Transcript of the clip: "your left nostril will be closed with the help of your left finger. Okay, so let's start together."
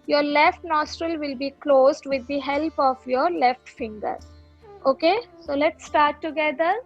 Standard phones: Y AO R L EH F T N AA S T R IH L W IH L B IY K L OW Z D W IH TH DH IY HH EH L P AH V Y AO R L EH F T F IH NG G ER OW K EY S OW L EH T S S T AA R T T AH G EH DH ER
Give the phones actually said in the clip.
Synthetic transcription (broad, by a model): Y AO R L EH F T N AA S T R IH L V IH L B IY K L OW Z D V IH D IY HH EH L P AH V Y AO R L EH F T F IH NG G ER OW K EY S OW L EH T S S T AA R T T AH G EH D ER